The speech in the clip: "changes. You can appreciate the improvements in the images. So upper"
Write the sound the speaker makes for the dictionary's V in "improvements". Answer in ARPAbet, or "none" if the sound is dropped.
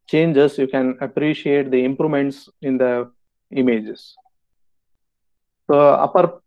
none